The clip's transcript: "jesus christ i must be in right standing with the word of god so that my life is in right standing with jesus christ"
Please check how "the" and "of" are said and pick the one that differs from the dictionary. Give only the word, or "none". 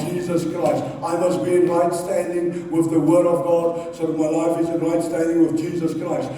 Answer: none